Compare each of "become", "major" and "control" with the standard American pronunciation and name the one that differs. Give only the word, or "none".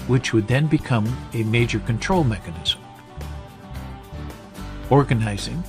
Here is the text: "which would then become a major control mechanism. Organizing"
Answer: none